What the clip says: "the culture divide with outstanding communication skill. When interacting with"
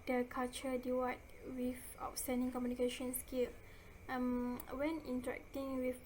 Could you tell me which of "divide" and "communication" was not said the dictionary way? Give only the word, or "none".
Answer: divide